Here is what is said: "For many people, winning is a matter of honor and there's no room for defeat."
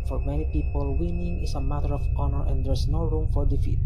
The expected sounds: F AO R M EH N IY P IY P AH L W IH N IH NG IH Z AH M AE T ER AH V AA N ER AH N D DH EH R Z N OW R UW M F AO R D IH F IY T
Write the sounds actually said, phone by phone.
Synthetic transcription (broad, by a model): F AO R M EH N IY P IY P AH L W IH N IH NG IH S AH M AE T ER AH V AA N ER AH N D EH R S N OW R UW M F AO R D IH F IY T